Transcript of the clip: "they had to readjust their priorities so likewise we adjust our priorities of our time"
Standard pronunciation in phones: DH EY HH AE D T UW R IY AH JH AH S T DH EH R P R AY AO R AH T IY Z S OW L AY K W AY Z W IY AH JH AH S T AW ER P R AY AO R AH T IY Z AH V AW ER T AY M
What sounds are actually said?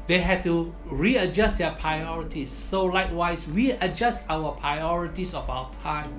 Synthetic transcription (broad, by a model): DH EY HH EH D T UW R IY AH JH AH S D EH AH P R AY AO R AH T IY S OW L AY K W AY S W IY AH JH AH S T AW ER P R AY AO R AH T IY S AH F AW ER T AY M